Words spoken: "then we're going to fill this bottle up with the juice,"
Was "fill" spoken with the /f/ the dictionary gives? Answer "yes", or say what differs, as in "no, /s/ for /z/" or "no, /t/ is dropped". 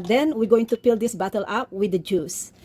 no, /p/ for /f/